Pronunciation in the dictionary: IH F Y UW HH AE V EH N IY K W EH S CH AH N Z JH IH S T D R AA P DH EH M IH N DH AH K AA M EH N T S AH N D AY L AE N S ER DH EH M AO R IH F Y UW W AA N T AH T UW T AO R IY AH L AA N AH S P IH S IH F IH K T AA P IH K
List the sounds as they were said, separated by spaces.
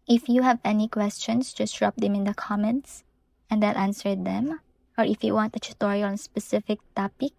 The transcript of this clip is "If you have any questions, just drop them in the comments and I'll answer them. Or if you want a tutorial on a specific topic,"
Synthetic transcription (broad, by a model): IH F Y UW HH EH V EH N IY K W EH S CH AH N S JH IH S D R AA P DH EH M IH N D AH K AA M EH N T S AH N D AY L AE N S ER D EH M AO R IH F Y UW W AA N T AH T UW T AO R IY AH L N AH S P IH S IH F IH K T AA P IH K